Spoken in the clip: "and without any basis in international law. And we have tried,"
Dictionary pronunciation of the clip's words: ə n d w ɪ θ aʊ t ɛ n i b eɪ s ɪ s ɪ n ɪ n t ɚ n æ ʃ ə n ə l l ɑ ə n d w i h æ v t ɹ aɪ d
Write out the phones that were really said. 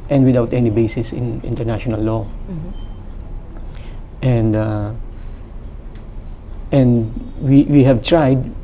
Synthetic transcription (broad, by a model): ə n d w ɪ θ aʊ t ɛ n i b eɪ s ɪ s ɪ n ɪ n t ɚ n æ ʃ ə n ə l n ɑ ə n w w i h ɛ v t ɹ aɪ d